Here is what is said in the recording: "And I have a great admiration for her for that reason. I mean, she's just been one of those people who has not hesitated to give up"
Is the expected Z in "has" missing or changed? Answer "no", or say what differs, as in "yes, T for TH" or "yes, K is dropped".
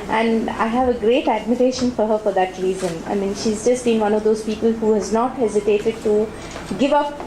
no